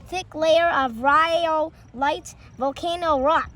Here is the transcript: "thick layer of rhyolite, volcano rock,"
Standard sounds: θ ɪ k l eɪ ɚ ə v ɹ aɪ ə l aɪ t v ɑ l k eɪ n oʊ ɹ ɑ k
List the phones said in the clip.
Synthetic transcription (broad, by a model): θ ɪ k l eɪ ɚ ə v ɹ aɪ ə l aɪ t v ɑ l k eɪ n oʊ ɹ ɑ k